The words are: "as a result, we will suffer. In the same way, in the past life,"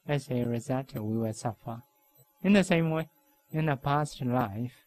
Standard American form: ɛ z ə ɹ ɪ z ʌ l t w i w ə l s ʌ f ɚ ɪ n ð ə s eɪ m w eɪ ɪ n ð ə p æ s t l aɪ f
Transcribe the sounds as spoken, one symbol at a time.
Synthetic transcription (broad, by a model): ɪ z ə ɹ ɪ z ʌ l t w i w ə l s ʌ f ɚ ɪ n ð ə s eɪ m w eɪ ɪ n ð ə p æ s t l aɪ f